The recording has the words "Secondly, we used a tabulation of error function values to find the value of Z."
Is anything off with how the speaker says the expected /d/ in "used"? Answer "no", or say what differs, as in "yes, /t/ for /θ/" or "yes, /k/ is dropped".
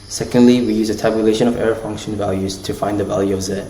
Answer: yes, /d/ is dropped